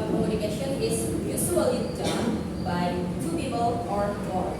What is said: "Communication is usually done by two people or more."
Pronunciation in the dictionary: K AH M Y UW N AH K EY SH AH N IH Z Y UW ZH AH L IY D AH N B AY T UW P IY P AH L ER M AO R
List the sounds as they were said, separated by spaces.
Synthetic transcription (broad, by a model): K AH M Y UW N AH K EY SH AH N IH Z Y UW S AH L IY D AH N B AY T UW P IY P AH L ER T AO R